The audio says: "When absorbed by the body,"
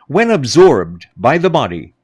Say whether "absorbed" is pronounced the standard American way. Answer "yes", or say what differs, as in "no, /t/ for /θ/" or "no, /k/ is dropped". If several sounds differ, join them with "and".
yes